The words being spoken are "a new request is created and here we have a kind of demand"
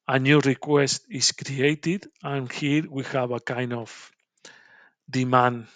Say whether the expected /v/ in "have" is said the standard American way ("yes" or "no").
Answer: no